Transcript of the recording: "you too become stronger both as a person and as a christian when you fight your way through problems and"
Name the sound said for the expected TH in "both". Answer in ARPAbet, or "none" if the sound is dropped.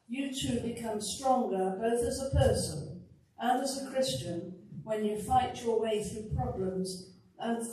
TH